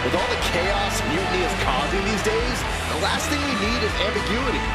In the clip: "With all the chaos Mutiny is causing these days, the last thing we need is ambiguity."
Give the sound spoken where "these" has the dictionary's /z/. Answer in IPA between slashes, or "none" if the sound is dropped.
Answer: /z/